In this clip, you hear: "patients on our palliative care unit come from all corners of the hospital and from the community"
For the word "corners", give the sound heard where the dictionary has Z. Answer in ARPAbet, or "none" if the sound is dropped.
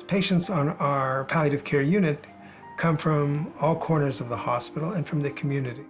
Z